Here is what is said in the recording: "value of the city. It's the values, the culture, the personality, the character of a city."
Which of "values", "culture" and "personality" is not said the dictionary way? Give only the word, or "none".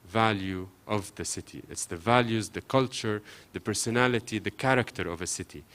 none